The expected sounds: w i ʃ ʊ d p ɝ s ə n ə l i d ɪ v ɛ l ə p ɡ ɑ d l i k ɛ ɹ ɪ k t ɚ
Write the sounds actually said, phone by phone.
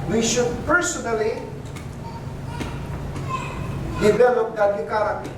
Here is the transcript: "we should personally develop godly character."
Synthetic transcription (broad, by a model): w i ʃ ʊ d p ɝ s ə n ə l i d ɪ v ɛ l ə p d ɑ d i k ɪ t